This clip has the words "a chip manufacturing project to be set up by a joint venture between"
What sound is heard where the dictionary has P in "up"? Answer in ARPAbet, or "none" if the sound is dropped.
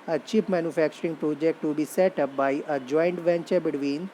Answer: P